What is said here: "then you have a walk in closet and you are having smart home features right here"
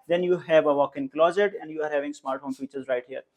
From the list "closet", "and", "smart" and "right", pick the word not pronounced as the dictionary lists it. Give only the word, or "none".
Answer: none